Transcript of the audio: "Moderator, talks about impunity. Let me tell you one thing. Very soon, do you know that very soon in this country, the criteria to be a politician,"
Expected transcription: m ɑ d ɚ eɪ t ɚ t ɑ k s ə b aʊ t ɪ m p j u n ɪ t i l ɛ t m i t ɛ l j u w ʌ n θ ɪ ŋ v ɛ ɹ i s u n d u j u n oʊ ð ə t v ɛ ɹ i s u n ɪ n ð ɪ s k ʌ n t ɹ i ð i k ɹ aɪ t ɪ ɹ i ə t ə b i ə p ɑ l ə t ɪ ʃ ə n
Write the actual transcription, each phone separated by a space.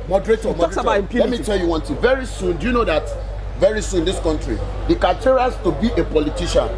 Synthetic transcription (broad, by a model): m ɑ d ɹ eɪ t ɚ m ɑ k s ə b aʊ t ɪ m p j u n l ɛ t m i t ɛ l j u w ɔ n t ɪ v ɛ ɹ i s u n d u j u n oʊ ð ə t v ɛ ɹ i s u n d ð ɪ s k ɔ n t ɹ i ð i k aɪ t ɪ ɹ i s t ə b i ə p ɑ l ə t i ʃ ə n